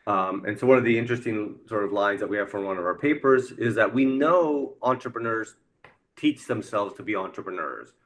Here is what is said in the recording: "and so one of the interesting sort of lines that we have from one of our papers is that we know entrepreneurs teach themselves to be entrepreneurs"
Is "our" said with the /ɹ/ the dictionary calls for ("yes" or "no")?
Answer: yes